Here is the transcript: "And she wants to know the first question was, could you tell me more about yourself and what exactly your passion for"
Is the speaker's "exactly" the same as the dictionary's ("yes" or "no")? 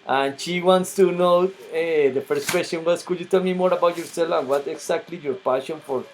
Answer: no